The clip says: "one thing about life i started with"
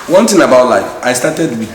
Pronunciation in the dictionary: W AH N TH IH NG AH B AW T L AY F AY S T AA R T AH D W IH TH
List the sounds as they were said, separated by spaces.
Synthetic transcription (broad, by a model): W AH N T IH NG AH B AW T L AY F AY S T AA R T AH D W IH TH